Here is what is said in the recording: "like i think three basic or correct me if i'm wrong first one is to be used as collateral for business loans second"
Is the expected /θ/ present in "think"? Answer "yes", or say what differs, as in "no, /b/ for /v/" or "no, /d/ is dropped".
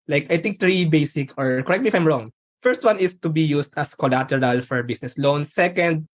no, /t/ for /θ/